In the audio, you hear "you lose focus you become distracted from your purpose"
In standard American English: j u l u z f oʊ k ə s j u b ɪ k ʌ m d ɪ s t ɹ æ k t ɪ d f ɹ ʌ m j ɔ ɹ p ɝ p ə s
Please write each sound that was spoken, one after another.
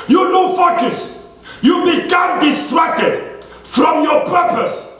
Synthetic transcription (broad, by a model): j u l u f oʊ k ə s j u b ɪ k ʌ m d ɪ s t ɹ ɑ k t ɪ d f ɹ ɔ m j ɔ p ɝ p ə s